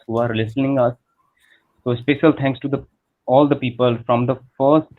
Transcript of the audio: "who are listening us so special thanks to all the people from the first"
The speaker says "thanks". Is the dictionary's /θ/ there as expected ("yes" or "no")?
no